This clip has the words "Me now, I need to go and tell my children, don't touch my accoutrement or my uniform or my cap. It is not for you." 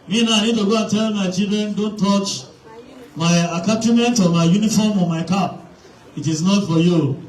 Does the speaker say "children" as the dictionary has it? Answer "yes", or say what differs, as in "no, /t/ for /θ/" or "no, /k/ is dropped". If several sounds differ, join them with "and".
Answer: no, /l/ is dropped